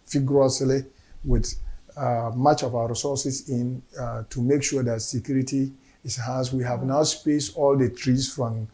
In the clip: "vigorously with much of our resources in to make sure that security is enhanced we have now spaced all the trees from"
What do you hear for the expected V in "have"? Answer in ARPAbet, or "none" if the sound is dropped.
V